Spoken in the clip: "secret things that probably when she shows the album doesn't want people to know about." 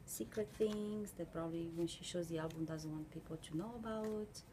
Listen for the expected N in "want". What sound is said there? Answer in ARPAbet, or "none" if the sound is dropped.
N